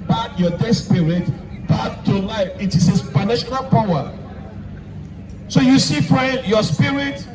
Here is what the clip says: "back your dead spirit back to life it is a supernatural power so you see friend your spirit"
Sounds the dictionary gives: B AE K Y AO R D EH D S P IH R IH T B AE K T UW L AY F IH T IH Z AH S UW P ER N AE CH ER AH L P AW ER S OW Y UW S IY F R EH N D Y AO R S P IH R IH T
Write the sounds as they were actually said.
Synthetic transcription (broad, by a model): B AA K Y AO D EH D S P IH R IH T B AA T UW L AY F IH T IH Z AH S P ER N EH SH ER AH L P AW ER S OW Y UW S IY F R EH N D Y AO S P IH R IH T